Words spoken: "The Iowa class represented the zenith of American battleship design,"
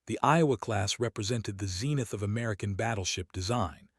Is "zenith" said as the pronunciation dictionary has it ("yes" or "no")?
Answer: yes